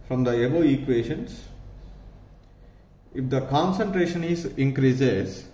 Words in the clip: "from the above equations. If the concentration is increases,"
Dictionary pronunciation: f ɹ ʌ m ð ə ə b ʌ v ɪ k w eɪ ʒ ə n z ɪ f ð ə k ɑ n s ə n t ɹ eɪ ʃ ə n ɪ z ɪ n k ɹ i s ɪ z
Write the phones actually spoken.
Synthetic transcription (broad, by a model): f ɹ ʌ m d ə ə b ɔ ɪ k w eɪ ʃ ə n s ɪ f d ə k ɑ n s ə n t ɹ eɪ ʃ ə n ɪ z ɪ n k ɹ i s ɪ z